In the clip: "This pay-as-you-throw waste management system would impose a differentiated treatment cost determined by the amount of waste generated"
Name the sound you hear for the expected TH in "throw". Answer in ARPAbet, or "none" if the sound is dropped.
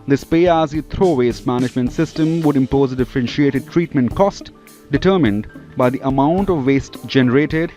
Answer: T